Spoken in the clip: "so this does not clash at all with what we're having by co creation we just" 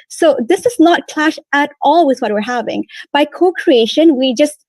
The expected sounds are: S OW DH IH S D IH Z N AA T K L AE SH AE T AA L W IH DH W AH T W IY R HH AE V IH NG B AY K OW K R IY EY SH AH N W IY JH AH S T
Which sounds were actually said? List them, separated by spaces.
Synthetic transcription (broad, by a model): S OW DH IH S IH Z N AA T K L AE SH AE T AA L W IH DH W AH T W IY R HH AE V IH NG B AY K OW K R IY EY SH AH N W IY JH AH S T